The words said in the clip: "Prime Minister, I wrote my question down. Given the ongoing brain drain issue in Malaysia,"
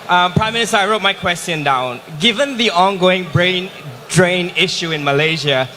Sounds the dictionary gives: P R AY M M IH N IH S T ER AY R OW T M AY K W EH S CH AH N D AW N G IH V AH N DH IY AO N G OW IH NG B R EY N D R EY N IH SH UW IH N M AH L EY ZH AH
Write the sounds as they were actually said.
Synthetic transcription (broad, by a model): P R AY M M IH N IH S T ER AY R OW T M AY K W EH S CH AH N D AW N G IH V AH N DH IY AO N G OW IH NG B R EY N D R EY N IH SH UW IH N M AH L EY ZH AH